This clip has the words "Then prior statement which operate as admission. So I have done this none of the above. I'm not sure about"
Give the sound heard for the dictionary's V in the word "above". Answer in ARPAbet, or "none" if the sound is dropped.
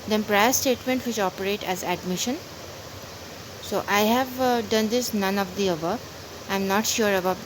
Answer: none